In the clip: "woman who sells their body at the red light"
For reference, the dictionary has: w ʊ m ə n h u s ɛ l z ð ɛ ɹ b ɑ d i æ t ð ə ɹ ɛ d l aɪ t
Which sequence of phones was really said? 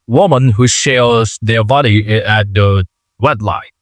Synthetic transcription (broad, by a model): w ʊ m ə n h u ʃ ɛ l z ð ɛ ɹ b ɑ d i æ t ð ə w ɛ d l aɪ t